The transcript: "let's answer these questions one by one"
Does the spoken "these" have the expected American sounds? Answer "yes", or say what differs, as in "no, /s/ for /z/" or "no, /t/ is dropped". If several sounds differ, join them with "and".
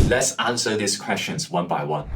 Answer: no, /s/ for /z/